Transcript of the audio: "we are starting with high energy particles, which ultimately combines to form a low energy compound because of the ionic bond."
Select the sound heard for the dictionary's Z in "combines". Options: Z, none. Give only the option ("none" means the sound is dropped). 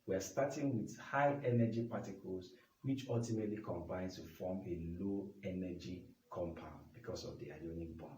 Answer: none